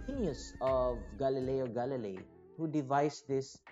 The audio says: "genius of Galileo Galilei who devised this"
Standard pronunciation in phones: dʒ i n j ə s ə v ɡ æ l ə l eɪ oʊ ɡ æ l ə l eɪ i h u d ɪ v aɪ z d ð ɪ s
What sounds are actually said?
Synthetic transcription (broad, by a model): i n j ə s ə v ɡ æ l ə l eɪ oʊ ɡ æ l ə l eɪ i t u d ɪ v aɪ s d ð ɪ s